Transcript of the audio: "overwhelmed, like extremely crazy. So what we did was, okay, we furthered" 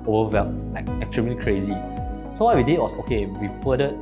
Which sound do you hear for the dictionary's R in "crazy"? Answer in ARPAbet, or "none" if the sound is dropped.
R